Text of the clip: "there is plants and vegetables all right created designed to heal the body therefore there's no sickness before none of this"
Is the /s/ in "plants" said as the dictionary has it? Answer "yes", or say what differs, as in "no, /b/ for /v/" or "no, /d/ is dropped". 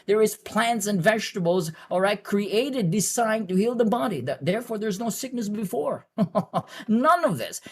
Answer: yes